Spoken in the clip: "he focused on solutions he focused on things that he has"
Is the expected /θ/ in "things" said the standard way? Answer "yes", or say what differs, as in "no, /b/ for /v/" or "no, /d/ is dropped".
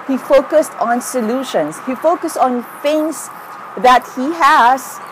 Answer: no, /f/ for /θ/